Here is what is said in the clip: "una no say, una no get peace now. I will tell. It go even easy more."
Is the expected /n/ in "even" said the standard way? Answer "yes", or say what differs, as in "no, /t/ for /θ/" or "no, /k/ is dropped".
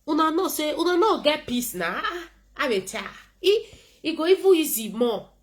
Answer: no, /n/ is dropped